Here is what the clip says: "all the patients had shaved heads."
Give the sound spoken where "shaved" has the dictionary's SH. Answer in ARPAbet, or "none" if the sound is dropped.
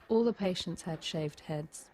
SH